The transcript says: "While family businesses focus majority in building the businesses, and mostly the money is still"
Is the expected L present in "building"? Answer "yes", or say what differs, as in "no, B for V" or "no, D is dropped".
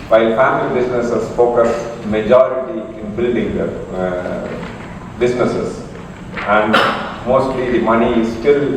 no, L is dropped